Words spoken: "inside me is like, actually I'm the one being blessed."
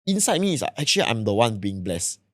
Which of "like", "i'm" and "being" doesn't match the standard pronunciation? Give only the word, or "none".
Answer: like